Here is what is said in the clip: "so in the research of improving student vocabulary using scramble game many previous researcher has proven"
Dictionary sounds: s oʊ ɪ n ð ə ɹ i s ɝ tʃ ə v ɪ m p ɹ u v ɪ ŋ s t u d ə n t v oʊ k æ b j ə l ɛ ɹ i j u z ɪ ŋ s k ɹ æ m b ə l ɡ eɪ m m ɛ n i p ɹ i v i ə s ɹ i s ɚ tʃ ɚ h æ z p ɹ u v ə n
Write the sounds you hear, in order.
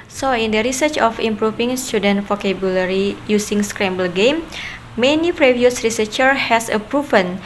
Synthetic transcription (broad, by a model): s oʊ ɪ n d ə ɹ i s ɝ tʃ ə f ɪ m p ɹ u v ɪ ŋ s t u d ə n t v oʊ k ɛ b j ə l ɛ ɹ i j u s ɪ ŋ s k ɹ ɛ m b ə l ɡ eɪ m m ɛ n i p ɹ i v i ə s ɹ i s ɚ tʃ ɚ h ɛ s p ɹ u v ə n